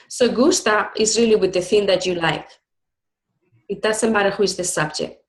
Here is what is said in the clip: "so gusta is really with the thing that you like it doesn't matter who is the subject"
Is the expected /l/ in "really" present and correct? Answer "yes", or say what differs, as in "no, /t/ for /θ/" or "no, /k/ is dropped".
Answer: yes